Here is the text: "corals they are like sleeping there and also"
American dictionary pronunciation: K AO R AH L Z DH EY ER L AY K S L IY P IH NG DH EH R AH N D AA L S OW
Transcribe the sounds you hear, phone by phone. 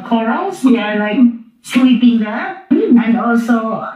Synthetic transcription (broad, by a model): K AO R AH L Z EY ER L AY K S W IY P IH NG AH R AH N D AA L S OW